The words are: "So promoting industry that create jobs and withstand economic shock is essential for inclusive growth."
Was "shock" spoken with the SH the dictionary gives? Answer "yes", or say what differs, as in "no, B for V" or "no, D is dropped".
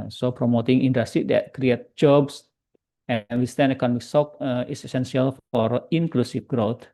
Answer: no, S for SH